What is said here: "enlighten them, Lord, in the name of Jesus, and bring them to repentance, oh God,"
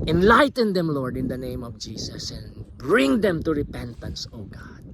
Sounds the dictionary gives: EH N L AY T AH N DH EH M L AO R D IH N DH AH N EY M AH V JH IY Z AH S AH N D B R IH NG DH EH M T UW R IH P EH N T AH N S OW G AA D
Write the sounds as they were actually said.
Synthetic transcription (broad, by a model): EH N L AY T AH N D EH M L AO R D IH N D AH N EY M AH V JH IY S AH S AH N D B R IH NG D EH M T UW R IH P EH N T AH N S OW G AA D